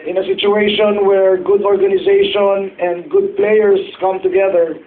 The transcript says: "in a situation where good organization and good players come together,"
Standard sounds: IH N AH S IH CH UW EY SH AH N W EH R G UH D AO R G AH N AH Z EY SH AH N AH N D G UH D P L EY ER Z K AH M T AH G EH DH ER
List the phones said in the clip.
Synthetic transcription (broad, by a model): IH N AH S IH CH UW EY SH AH N W EH R G UH D AO R G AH N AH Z EY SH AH N AH N D G UH D P L EY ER S K AH M T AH G EH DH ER